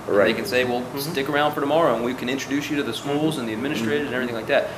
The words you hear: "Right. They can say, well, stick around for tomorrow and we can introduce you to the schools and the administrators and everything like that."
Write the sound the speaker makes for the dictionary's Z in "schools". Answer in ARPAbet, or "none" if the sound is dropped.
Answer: Z